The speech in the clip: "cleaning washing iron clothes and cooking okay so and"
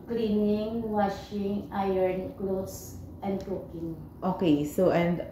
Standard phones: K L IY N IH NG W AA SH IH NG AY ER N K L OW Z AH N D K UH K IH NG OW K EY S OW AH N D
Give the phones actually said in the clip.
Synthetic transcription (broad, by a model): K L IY N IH NG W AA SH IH NG AY ER N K L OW S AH N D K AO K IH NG OW K EY S OW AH N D